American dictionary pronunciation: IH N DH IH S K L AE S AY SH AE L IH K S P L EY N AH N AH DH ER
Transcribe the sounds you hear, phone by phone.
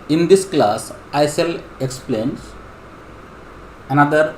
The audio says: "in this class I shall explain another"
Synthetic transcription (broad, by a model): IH N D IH S K L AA S AY S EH L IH K S P L EY N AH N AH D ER